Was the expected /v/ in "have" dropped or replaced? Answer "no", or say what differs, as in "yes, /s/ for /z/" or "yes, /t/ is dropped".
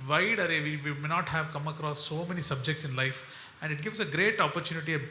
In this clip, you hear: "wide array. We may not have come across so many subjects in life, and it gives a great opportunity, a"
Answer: no